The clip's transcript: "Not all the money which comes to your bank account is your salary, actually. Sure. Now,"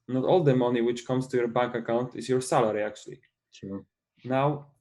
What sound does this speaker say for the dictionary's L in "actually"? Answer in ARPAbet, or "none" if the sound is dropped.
none